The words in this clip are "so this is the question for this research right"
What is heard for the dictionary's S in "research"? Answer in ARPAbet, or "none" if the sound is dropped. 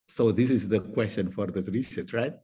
SH